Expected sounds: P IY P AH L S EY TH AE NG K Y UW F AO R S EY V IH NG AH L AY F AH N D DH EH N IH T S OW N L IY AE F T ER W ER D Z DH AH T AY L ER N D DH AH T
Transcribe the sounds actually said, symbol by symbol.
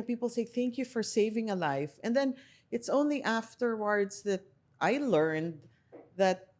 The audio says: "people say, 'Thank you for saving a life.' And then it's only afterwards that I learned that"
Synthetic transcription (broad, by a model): P IY P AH L S EY TH AE NG K Y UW F AO R S EY V IH NG AH L AY F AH N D DH EH N IH T S OW N L IY AE F T ER W ER D Z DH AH T AY L ER N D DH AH T